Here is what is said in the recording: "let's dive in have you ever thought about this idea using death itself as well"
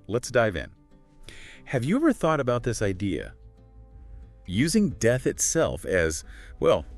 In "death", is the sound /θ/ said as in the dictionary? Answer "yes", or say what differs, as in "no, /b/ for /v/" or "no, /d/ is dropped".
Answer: yes